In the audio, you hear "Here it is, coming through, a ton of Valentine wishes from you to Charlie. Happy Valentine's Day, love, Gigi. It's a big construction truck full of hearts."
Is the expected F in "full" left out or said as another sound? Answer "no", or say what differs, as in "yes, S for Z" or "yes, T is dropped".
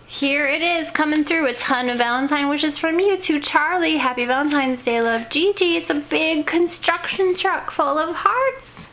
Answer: no